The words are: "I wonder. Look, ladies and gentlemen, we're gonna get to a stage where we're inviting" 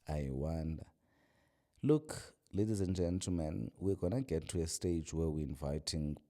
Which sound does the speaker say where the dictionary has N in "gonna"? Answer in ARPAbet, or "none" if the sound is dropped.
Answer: N